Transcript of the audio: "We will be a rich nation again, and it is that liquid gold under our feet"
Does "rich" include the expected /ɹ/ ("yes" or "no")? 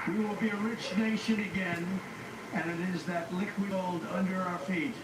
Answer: yes